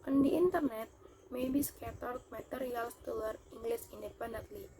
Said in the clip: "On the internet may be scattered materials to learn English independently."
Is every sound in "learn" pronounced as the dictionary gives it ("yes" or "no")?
no